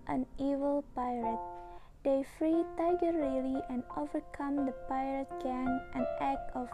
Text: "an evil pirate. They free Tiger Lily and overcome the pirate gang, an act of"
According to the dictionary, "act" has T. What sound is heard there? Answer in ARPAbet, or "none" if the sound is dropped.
none